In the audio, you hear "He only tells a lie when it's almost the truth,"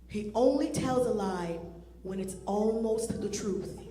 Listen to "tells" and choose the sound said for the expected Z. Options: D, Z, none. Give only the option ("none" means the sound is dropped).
Z